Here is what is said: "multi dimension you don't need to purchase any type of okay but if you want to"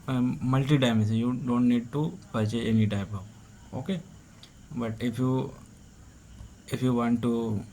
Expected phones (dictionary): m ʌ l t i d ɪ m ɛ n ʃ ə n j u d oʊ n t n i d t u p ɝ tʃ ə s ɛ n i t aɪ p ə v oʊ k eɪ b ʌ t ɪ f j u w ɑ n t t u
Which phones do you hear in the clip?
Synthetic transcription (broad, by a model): m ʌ l t i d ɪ ɪ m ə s j u d oʊ n t n i d t u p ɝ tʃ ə ɛ n i t aɪ p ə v oʊ k eɪ b ʌ t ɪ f j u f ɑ n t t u